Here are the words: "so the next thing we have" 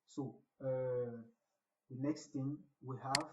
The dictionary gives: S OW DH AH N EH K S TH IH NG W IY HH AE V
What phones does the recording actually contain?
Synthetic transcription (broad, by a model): S OW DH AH N EH K S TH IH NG W IY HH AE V